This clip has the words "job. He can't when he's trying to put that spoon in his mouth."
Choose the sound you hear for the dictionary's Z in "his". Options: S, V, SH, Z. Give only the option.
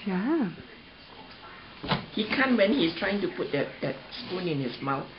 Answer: S